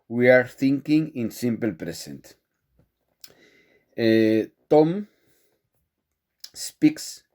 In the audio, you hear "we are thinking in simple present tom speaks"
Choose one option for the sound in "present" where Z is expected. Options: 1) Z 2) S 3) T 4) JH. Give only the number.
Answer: 2